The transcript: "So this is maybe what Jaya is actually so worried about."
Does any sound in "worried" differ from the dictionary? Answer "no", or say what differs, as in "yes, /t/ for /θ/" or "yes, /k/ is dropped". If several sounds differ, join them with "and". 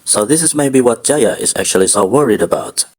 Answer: no